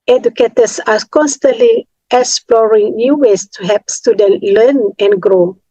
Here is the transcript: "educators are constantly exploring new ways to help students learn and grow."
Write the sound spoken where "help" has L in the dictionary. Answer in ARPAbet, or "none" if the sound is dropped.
none